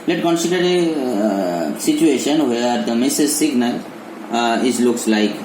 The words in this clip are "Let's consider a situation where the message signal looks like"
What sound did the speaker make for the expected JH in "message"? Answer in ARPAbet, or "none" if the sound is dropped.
Z